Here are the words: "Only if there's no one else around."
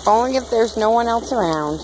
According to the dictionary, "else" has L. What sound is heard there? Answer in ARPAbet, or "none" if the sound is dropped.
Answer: L